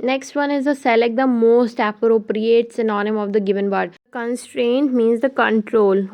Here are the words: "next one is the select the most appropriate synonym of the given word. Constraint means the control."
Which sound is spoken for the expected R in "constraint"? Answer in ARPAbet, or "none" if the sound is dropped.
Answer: R